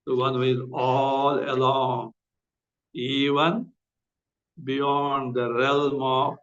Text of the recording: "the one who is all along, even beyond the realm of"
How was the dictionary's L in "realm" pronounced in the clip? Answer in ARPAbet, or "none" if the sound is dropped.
L